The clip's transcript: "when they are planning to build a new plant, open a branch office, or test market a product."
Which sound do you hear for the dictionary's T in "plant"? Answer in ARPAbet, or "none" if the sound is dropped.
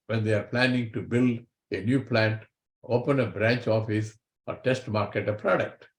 T